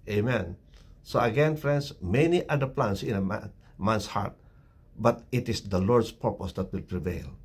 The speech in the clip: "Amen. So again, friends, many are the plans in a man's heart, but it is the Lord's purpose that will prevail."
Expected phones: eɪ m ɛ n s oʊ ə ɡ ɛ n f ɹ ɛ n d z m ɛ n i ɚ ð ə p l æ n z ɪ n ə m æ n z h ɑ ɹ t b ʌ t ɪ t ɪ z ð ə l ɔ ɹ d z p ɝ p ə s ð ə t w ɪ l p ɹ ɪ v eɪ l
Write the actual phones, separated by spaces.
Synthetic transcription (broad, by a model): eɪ m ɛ n s oʊ ə ɡ ɛ n f ɹ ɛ n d s m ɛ n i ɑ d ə p l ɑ n s ɪ n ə m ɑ n s h ɑ ɹ t b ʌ t ɪ t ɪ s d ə l ɔ ɹ d s p ɝ p ə s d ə t w ɪ l p ɹ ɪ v eɪ l